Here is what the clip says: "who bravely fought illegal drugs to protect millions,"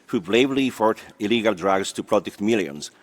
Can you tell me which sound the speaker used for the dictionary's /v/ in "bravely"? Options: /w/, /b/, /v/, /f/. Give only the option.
/b/